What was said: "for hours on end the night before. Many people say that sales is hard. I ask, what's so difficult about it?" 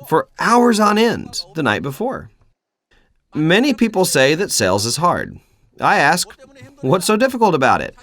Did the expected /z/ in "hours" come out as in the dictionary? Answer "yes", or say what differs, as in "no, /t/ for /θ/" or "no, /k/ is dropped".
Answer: yes